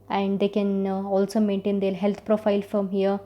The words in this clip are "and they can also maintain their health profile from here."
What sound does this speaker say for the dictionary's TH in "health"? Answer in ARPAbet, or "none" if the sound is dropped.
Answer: T